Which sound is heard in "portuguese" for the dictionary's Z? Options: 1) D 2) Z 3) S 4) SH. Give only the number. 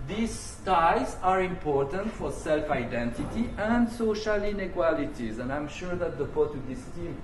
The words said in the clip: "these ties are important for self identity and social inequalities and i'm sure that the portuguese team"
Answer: 3